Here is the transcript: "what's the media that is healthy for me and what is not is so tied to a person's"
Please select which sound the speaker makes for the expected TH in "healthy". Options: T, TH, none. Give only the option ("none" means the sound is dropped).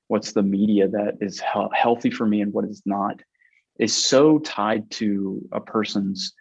TH